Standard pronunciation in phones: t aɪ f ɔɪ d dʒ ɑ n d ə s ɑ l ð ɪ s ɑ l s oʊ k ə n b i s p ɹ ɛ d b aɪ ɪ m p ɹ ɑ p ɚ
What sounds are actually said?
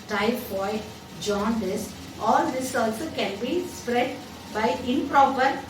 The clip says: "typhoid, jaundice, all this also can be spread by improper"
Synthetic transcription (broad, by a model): t aɪ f ɔɪ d dʒ ɑ n d ə s ɑ l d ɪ s ɑ l s oʊ k ə n b i s p ɹ ɛ d b aɪ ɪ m p ɹ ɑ p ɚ